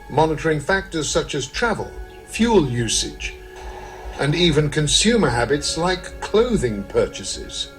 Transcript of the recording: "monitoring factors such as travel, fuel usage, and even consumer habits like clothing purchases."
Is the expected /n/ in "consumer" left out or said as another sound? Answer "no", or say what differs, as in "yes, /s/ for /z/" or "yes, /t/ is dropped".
no